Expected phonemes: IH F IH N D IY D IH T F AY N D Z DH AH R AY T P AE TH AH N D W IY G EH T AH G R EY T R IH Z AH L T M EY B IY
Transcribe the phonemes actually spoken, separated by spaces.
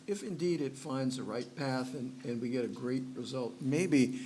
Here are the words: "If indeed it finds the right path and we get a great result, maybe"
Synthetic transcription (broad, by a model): IH F IH N D IY D IH T F AY N D Z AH R AY T P AE TH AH N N W IY G EH T AH G R EY T R IH Z AH L T M EY B IY